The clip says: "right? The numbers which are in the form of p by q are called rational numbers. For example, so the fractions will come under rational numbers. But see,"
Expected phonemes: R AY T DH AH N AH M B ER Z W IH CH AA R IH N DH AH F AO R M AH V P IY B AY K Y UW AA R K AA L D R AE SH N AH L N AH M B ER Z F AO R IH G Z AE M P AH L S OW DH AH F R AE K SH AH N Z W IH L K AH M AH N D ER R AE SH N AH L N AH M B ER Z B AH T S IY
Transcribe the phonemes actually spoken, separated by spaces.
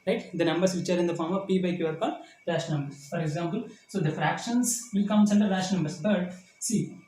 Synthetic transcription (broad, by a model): R AY T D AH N AH M B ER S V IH CH AA R IH N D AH F AO R M AH V P IY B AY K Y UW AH R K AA D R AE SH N N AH M B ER S F AO R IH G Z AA M P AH L S OW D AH F R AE K SH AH N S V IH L K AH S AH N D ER L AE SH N N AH M B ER S B AH T S IY